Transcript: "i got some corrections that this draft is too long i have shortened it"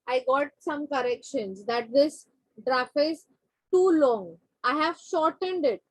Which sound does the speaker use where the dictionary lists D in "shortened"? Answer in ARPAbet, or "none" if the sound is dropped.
D